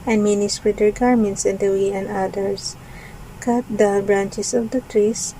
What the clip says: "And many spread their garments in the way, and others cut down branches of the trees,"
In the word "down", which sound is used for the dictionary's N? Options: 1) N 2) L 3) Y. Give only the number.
2